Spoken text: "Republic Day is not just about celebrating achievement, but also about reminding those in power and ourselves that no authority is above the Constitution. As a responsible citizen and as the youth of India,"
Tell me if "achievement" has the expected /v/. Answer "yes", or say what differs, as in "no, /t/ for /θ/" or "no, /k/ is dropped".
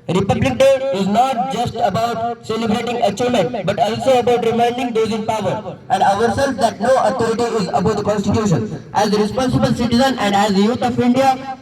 no, /v/ is dropped